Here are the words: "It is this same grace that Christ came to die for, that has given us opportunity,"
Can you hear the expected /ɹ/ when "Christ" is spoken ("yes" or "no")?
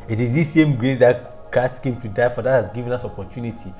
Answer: no